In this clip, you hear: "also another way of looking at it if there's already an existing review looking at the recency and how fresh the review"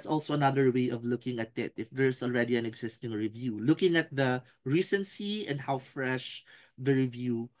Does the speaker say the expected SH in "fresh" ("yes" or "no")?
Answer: yes